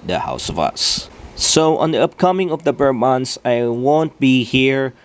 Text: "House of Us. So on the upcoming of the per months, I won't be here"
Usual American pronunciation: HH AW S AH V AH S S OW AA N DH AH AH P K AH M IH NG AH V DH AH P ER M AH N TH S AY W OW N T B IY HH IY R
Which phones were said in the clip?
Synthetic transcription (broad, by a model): HH AW S AH V AH S S OW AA N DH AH AH P K AH M IH NG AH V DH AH B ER M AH N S AY W OW N T B IY HH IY R